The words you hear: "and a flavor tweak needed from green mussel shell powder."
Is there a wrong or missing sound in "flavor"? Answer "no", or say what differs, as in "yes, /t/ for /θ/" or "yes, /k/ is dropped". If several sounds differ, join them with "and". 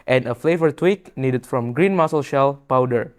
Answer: no